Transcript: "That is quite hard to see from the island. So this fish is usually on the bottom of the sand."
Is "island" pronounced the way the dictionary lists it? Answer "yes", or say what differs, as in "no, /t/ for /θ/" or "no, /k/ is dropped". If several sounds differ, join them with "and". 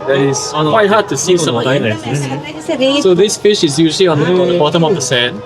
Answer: no, /l/ is dropped